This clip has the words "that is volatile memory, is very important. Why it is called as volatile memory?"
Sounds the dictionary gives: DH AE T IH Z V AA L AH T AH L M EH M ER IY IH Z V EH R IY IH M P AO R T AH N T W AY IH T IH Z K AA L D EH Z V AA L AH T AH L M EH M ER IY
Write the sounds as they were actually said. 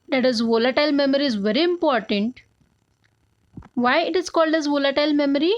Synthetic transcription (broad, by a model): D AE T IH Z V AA L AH T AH L M EH M ER IY IH Z V EH R IY IH M P AO R T AH N T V AY IH T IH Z K AA L D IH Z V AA L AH T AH L M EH M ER IY